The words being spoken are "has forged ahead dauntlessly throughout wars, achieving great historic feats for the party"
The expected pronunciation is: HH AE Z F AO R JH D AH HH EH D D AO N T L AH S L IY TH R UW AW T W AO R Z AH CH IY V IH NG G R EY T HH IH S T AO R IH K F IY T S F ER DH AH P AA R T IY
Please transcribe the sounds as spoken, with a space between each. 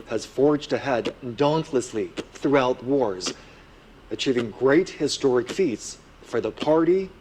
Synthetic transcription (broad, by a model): HH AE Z F AO R JH D AH HH EH D D AO N T L AH S L IY TH R UW AW T W AO R Z AH CH IY V IH NG G R EY T HH IH S T AO R IH K F IY T S F ER DH AH P AA R T IY